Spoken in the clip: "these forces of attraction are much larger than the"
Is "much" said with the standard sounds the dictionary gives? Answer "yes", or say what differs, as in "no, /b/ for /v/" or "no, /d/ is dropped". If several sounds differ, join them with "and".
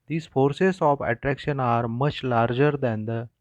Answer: yes